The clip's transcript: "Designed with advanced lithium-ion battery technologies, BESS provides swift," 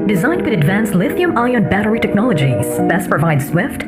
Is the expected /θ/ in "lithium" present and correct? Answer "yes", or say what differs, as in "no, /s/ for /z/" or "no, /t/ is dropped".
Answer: yes